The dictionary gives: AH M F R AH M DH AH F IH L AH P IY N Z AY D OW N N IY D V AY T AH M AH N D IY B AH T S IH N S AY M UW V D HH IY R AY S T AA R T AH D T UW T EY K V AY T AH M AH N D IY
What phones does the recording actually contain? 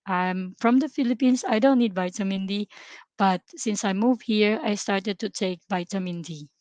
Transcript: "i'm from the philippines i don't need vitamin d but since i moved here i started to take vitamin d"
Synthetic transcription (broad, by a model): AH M F R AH M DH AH F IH L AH P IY N S AY D OW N N IY D V AY T AH M AH N D IY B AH T S IH N S AY M UW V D HH IY R AY S T AA R T AH D T UW T EY K V AY T AH M AH N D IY